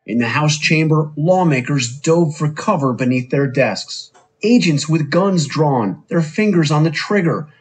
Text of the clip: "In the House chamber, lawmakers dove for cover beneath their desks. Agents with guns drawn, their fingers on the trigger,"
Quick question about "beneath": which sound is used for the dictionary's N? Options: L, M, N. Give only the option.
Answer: N